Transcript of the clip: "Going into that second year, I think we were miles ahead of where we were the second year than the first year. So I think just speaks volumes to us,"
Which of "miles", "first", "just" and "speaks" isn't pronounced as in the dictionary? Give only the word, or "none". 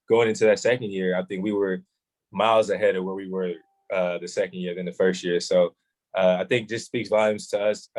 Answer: none